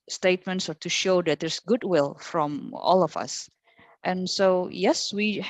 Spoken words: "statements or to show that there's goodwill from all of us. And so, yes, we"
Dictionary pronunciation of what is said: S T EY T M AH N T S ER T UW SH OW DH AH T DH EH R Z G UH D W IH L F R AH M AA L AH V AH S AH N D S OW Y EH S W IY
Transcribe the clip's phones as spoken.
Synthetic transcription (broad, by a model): S T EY T M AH N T S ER T UW SH OW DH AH T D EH R S G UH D W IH L F R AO M AA L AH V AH S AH N S OW Y EH S W IY